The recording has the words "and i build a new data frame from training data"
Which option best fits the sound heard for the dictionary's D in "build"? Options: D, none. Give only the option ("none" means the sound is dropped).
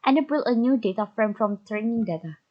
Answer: none